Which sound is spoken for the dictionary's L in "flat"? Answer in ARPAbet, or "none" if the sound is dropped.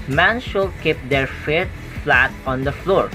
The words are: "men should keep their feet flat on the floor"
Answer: L